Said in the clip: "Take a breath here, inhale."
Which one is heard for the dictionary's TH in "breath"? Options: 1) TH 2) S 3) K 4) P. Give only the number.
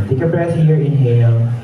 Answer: 2